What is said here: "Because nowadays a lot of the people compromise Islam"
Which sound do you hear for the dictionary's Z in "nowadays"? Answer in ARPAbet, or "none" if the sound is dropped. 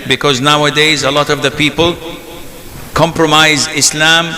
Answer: Z